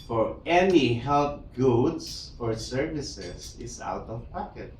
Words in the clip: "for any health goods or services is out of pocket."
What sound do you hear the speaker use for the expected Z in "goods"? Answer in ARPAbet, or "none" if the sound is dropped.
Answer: S